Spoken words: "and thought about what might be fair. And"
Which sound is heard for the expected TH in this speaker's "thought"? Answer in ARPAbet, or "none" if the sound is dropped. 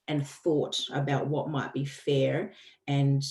TH